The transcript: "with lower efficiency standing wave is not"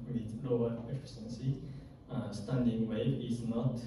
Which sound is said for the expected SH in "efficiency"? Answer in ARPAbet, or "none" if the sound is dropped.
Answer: S